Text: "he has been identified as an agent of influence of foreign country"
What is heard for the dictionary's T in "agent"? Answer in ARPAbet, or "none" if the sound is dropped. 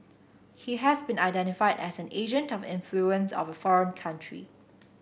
T